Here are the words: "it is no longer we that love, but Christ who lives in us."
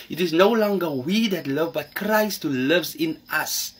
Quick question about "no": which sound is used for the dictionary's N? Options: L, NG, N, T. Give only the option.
N